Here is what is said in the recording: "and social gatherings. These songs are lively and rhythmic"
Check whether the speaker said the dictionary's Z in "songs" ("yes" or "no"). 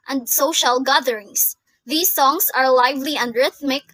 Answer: no